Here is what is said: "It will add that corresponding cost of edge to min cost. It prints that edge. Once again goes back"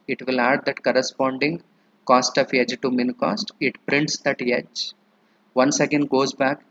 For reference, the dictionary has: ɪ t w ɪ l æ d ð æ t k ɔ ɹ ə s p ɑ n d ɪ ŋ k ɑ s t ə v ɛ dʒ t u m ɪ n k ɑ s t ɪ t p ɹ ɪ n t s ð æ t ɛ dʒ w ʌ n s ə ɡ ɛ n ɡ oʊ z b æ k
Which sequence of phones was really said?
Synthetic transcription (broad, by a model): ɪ t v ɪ l æ d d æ t k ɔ ɹ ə s p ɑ n d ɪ ŋ k ɑ s t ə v ɛ dʒ t u m ɪ n k ɑ s t ɪ t p ɹ ɪ n t s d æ t ɛ dʒ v ʌ n s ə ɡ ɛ n ɡ oʊ z b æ k